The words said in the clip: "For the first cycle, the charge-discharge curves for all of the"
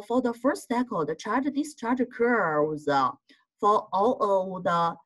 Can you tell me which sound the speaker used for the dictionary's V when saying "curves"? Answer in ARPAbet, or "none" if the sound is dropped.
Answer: none